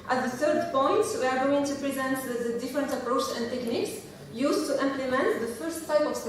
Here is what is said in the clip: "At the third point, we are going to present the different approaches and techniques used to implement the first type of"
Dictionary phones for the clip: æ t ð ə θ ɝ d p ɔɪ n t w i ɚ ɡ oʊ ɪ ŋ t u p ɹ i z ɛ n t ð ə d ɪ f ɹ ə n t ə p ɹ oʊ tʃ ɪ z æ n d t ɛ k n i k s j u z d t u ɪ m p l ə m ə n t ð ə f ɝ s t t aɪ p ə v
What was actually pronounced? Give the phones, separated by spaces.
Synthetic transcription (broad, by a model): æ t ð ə θ ɝ d p ɔɪ n t w i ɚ ɡ oʊ ɪ ŋ t u p ɹ i z ɛ n t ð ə d ɪ f ɹ ə n t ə p ɹ oʊ tʃ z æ n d t ɛ k n i k s j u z t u ɪ m p l ə m ə n t ð ə f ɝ s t t aɪ p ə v